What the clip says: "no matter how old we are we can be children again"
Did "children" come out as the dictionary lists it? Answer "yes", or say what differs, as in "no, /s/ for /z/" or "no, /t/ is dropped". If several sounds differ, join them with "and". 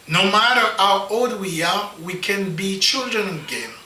yes